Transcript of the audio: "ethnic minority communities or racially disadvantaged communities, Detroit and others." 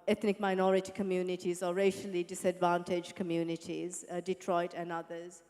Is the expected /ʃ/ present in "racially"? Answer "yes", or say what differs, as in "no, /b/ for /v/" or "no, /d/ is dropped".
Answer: yes